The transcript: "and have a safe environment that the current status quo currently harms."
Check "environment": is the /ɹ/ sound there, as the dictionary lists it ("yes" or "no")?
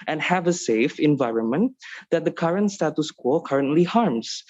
yes